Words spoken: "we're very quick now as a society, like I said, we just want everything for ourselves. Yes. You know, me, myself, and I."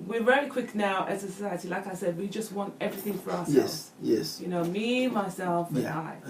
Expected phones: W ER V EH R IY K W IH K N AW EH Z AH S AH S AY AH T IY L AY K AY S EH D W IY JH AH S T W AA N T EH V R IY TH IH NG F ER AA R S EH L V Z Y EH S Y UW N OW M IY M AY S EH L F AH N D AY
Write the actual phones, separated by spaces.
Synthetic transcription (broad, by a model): W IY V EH L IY K W IH K N AW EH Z AH S AH S AY AH T IY L AY K AY S EH D W IY JH AH S T W AA N T EH V R IY TH IH NG F ER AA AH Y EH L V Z Y EH S Y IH N OW M IY M AY S EH L F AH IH